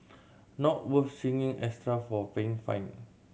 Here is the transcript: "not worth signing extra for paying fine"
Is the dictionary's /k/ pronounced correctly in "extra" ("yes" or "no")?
no